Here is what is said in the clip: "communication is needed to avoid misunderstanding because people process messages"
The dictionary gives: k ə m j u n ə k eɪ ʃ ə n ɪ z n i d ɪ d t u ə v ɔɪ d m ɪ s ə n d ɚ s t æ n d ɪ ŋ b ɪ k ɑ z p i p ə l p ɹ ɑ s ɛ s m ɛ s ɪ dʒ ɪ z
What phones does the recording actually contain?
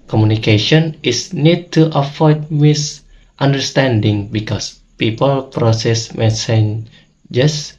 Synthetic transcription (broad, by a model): k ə m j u n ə k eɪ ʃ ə n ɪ s n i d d t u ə f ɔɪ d m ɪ s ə n d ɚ s t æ n d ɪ ŋ b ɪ k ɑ s p i p ə l p ɹ ɑ s ɛ s m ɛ s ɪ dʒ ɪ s